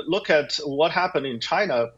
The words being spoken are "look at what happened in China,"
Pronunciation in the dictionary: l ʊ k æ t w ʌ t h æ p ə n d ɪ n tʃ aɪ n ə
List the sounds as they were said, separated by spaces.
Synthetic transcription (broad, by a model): l ʊ k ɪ t w ʌ t h æ p ə n d ɪ n tʃ aɪ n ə